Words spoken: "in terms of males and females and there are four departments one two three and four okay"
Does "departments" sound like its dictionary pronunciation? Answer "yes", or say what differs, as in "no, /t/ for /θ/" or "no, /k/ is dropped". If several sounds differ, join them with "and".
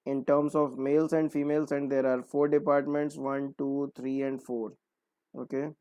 yes